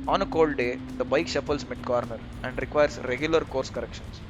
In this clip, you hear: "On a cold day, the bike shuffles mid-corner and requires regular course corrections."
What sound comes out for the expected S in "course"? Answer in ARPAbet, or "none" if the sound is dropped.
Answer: S